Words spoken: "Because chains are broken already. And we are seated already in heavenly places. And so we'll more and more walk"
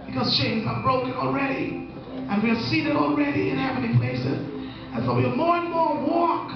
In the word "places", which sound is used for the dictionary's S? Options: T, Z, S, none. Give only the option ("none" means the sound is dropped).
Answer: S